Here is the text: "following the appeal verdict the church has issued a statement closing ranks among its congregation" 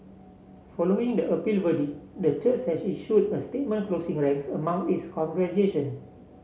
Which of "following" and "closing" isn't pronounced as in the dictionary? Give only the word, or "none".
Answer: closing